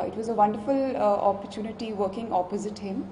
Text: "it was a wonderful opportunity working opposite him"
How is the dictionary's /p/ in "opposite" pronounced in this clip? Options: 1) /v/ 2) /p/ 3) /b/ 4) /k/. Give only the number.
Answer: 2